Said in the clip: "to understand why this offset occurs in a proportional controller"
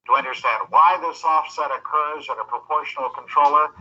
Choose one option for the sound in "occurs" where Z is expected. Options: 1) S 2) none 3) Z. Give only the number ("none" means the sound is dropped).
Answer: 3